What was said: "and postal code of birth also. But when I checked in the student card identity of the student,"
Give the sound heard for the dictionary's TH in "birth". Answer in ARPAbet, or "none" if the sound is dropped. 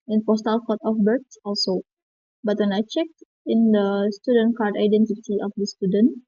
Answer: S